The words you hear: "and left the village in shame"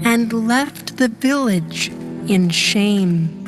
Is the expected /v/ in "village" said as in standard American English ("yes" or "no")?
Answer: yes